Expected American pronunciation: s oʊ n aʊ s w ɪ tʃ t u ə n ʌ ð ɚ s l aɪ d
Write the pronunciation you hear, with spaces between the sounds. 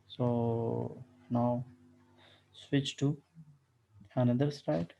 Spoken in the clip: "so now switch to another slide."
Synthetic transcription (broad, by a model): s oʊ n aʊ s w ɪ tʃ t u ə n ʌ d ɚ s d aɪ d